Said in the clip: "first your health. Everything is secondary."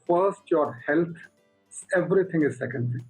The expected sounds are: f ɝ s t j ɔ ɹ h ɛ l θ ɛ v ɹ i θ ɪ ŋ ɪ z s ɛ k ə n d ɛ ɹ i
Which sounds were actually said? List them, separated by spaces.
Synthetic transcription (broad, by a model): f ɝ s t j ɔ ɹ h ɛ l s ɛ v ɹ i t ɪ ŋ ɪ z s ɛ k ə n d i